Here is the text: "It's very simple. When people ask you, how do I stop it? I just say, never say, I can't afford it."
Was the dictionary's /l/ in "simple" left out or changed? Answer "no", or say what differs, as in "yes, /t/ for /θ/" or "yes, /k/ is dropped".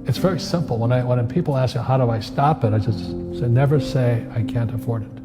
yes, /n/ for /l/